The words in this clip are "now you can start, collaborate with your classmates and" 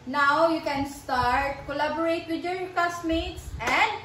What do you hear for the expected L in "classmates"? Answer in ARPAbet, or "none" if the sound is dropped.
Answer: none